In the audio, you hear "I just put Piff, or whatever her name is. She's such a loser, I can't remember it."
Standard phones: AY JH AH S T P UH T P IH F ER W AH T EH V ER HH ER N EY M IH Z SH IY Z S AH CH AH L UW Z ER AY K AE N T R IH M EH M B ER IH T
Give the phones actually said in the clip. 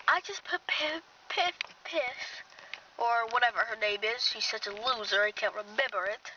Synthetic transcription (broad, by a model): AY JH AH S T P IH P P IH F ER W AH T EH V ER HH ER N EY M IH Z SH IY Z S AH CH AH L UW Z ER AY K AE N T R IH M EH M B ER IH T